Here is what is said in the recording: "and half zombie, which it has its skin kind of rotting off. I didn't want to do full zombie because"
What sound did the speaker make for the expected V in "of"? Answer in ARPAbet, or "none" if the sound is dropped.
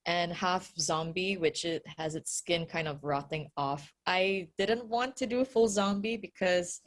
V